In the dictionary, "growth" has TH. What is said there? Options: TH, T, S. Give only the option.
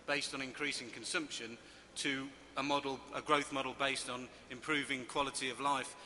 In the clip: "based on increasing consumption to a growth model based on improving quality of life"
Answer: TH